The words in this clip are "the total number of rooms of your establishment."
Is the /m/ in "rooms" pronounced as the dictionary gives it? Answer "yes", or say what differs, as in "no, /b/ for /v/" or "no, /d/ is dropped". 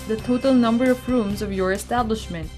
yes